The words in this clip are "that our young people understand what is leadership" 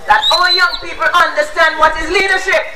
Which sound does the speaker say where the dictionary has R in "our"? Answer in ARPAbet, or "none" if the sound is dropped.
L